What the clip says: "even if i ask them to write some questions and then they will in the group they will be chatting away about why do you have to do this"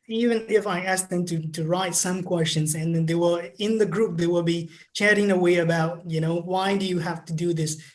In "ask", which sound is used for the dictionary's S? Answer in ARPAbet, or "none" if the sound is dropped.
S